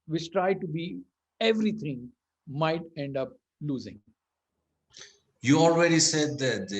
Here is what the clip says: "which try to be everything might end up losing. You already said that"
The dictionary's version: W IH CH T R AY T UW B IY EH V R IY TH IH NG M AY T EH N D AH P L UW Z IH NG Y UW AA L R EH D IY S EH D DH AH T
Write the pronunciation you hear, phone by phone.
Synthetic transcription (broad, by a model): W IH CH T R AY T UW B IY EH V R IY T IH NG M AY T EH N D AH P L UW Z IH NG Y UW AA L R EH D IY S EH D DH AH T